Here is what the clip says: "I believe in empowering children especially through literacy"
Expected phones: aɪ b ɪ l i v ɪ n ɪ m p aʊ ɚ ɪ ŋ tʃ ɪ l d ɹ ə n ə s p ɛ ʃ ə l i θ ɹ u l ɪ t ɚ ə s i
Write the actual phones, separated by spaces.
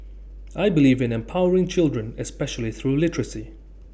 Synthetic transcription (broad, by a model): aɪ b ɪ l i v ɪ n ɪ m p aʊ ɚ ɪ ŋ tʃ ɪ l d ɹ ə n ə s p ɛ ʃ ə l i θ ɹ u l ɪ t ɚ ə s i